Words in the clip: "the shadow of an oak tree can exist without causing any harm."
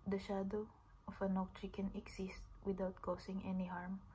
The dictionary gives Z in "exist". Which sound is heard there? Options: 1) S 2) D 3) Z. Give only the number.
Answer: 1